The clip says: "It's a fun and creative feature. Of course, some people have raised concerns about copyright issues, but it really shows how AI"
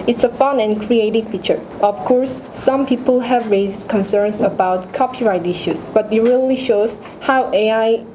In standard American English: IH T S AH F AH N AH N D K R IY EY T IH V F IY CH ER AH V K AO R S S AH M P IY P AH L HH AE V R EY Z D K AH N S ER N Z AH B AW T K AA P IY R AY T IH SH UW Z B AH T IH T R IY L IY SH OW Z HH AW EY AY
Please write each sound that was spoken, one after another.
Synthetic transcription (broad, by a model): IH T S AH F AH N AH N K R IY EY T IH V F IY CH ER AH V K AO R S S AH M P IY P AH L HH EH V R EY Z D K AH N S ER N S AH B AW T K AA P IY R AY T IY SH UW S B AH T IH T R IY L IY SH OW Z HH AW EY AY